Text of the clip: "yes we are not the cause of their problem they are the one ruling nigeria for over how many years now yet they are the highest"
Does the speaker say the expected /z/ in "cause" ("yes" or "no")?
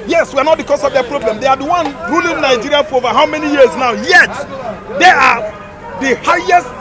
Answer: no